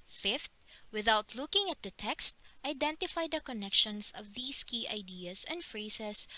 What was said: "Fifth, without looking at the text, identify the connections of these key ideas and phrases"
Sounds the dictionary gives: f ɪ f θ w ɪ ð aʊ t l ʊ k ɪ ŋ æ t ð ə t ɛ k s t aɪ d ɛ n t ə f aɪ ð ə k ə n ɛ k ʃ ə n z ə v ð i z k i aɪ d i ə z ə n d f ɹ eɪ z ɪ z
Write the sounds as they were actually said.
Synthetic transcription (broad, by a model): f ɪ f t w ɪ ð aʊ t l ʊ k ɪ ŋ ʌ t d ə t ɛ k s t aɪ d ɛ n t ə f aɪ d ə k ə n ɛ k ʃ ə n s ə v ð i s k i aɪ d i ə s ə n d f ɹ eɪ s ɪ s